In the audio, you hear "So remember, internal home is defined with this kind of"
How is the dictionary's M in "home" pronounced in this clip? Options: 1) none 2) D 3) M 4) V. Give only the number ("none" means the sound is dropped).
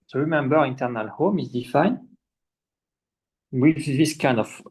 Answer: 3